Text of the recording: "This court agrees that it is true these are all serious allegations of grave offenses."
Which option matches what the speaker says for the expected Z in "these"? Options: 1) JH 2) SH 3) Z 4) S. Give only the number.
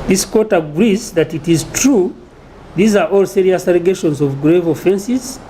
3